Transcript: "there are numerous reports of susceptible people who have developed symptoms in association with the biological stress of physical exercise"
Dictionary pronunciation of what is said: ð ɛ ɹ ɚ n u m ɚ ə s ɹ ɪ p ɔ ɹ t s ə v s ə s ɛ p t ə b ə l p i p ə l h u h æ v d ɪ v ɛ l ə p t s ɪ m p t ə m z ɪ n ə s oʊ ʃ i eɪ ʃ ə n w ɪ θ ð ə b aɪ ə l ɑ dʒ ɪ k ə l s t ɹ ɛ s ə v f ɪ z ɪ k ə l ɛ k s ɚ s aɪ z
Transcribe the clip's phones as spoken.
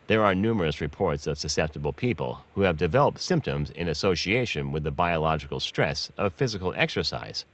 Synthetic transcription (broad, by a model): ð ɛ ɹ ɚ n u m ɚ ə s ɹ ɪ p ɔ ɹ t s ə v s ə s ɛ p t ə b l p i p ə l h u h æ v d ɪ v ɛ l ə p t s ɪ m p t ə m z ɪ n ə s oʊ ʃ i eɪ ʃ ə n w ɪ ð ə b aɪ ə l ɑ dʒ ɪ k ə l s t ɹ ɛ s ə v f ɪ z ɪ k l ɛ k s ɚ s aɪ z